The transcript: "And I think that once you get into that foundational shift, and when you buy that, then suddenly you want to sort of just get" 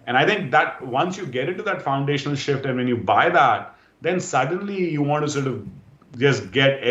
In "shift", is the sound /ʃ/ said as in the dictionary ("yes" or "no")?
yes